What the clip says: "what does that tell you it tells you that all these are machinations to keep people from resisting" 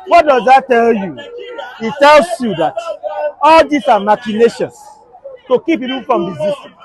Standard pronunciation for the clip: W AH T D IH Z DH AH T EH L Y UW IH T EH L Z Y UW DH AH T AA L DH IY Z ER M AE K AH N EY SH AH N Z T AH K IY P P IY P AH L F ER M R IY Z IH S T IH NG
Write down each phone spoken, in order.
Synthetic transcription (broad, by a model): W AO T D IH Z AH T EH L Y UW IH T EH L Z Y UW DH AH T AA L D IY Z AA M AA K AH N EY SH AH N S T AH K IY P P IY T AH N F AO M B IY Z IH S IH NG